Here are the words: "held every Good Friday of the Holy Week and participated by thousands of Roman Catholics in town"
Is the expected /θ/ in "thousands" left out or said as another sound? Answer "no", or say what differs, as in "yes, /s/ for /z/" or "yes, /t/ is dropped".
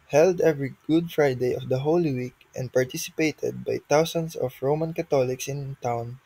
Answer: yes, /t/ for /θ/